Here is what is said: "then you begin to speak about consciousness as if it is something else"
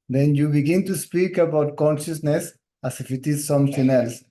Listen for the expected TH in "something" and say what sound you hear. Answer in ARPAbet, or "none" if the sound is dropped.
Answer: T